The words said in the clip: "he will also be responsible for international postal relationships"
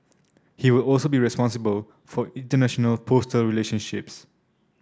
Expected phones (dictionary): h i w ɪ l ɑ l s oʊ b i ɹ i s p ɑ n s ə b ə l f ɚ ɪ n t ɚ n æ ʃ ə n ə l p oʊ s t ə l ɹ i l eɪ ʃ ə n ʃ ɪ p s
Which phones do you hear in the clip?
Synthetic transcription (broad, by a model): h i w ɪ l ɑ l s oʊ b i ɹ i s p ɑ n s ə b ə l f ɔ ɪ n t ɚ n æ ʃ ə n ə l p oʊ s t ə l ɹ i l eɪ ʃ ə n ʃ ɪ p s